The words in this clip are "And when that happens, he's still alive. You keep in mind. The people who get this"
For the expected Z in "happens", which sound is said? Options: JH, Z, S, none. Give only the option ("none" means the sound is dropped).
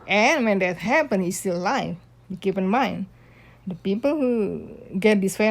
none